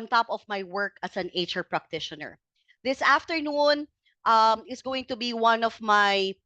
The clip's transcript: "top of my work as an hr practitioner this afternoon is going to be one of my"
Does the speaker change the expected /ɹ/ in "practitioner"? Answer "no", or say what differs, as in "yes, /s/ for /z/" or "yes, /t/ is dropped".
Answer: no